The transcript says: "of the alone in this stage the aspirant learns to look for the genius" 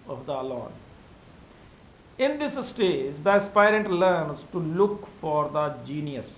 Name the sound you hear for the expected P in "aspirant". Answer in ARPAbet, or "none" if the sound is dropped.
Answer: P